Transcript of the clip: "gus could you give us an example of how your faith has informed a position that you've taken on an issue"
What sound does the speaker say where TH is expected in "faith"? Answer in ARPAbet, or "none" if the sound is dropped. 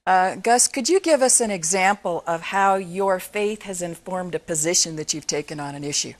TH